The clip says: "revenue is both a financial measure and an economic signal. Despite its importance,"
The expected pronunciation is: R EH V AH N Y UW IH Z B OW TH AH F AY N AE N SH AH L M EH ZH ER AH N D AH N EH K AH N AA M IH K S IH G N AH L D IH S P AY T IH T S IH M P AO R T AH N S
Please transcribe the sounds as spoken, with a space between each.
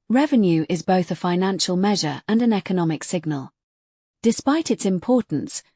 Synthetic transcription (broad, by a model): R EH V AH N Y UW IH Z B OW TH AH F AY N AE N SH AH L M EH ZH ER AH N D AH N EH K AH N AA M IH K S IH G N AH L D IH S P AY T IH T S IH M P AO T N S